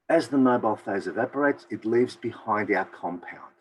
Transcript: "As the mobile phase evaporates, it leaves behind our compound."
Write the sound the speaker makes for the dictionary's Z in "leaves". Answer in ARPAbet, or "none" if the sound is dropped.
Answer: Z